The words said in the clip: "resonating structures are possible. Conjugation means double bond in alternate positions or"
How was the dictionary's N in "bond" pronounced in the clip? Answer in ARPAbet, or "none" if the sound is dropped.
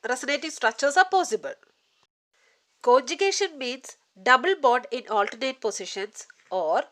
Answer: none